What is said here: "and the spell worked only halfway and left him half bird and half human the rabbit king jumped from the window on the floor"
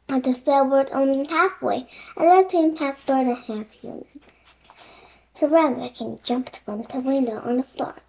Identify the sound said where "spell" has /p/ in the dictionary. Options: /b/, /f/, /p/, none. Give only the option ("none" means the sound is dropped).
none